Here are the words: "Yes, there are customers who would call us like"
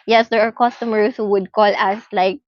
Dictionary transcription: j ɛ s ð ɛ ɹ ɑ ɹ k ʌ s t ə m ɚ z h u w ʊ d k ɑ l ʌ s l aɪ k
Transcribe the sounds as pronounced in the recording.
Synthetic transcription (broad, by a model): j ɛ s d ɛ ɹ ɑ ɹ k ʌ s t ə m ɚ s h u w ʊ d k ɑ l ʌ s l aɪ k